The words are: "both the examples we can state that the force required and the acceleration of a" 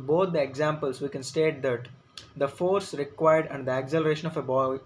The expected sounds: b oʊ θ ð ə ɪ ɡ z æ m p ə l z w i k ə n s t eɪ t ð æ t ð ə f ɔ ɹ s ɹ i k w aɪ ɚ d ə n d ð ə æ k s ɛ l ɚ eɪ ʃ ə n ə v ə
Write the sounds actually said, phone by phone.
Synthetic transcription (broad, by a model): b oʊ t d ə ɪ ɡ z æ m p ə l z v i k ə n s t eɪ t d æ t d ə f ɔ ɹ s ɹ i k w aɪ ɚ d ə n d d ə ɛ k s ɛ l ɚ eɪ ʃ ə n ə b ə